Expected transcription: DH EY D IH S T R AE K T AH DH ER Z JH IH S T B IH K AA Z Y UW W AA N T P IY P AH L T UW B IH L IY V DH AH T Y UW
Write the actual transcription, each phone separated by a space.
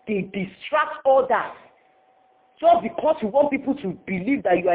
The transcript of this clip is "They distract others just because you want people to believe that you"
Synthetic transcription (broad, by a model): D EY D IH S T R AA K T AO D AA JH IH S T B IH K AA S Y UW W AA N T P IY P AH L T UW B IH L IY V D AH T Y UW